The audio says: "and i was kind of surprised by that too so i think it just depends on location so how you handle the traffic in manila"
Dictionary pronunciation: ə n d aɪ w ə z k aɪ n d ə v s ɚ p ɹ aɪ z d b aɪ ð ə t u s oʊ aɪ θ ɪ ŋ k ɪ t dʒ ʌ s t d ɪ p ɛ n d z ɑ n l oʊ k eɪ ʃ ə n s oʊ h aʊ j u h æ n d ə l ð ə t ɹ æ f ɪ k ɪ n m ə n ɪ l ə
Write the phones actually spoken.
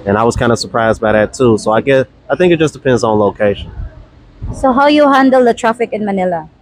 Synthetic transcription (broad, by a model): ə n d aɪ w ə z k aɪ n d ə s ɚ p ɹ aɪ z d b aɪ ð ə t u s oʊ aɪ θ ɪ ŋ k ɪ t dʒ ʌ s d ɪ p ɛ n d z n l oʊ k eɪ ʃ ə n s oʊ h aʊ j u h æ n d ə l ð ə t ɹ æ f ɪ k ɪ n m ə n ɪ l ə